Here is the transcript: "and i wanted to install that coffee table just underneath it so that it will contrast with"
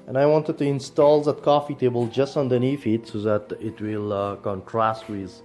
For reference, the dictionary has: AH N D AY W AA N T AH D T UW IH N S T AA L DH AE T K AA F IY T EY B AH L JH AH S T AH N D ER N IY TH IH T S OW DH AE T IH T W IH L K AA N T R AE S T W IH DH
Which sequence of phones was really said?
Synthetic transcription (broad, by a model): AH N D AY W AA N T AH D T UW IH N S T AA L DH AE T K AA F IY T EY B AH L JH AH S T N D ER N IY F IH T S OW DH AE T IH T W IH L K AA N T R AE S T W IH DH